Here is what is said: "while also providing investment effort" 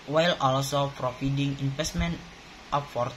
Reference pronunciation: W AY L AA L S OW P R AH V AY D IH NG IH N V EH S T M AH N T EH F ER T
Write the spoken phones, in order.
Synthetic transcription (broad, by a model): W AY L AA L S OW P R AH F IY D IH NG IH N F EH S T M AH N T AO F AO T